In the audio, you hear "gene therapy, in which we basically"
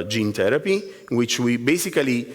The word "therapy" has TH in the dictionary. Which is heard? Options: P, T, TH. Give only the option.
T